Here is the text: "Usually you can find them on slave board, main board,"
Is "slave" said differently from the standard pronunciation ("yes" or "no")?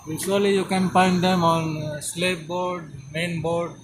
yes